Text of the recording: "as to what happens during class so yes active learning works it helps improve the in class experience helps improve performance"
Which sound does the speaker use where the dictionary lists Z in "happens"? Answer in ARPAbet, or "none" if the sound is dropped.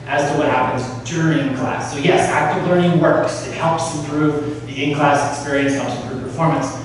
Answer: Z